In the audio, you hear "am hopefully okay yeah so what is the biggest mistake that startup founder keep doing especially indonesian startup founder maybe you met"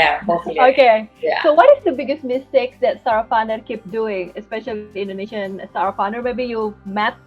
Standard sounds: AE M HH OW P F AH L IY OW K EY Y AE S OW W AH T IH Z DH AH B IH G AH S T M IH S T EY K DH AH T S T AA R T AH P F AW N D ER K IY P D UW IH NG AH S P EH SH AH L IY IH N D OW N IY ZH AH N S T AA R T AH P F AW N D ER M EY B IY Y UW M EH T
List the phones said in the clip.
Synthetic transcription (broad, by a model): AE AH IY OW K EY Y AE S OW W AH T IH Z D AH B IH G AH S T M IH S T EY K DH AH T S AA R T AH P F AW N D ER K IY P D UW IH NG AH S P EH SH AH L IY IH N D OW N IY SH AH N S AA R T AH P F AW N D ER M EY B IY Y UW M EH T